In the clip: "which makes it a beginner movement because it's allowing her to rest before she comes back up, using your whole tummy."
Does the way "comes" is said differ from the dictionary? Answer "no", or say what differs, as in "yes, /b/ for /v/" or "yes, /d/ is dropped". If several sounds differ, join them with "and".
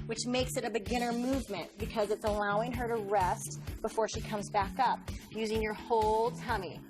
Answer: no